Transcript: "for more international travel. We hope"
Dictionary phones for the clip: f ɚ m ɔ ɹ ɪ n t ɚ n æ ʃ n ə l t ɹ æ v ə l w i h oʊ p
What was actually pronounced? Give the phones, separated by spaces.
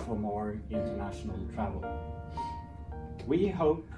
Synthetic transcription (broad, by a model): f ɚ m ɔ ɹ ɪ n t ɚ n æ ʃ n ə l t ɹ æ v ə l w i h oʊ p